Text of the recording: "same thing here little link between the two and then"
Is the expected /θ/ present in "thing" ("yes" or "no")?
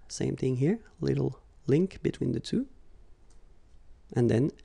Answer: yes